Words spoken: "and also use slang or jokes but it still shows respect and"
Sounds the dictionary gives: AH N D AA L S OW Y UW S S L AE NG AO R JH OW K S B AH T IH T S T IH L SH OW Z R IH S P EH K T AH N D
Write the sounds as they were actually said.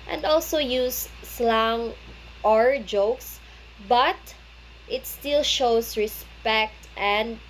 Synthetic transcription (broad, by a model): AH N D AA L S OW Y UW S S L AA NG AO R JH OW K S B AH T IH T S T IH L SH OW S R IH S P EH K T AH N D